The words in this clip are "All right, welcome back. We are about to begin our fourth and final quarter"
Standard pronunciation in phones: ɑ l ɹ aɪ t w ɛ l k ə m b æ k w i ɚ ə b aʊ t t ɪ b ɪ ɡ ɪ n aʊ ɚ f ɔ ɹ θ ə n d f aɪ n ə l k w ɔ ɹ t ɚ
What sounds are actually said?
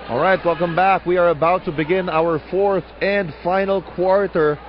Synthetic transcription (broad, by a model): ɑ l ɹ aɪ t w ɛ l k ə m b æ k w i ɚ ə b aʊ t t ɪ b ɪ ɡ ɪ n aʊ ɚ f ɔ ɹ θ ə n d f aɪ n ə l k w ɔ ɹ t ɚ